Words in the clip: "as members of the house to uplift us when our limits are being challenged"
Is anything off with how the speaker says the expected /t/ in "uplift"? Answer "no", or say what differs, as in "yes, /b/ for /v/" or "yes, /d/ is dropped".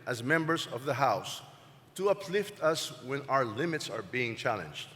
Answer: no